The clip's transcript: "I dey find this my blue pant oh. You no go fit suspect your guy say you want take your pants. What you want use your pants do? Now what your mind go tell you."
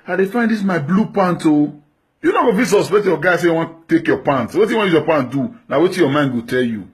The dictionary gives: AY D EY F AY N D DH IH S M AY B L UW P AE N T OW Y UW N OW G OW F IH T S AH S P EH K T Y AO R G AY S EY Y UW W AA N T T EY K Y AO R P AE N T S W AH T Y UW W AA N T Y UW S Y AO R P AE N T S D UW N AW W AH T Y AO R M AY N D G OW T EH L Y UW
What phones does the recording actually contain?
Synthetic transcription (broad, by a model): AY D EY F AY N D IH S M AY B L UW P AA N T OW Y UW N OW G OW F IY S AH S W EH T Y AO G AY S EY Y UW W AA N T T EY K Y AO P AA N T W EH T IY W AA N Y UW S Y AO P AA N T D UW N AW W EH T Y AO M AY N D G OW T EH L Y UW